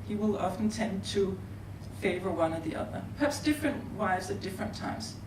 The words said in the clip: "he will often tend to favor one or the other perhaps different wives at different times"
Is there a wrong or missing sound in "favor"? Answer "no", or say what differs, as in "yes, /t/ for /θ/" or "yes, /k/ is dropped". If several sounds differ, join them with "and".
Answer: no